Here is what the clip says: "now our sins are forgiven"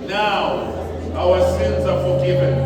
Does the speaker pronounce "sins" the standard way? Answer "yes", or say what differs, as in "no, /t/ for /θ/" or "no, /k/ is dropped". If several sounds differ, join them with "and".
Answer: yes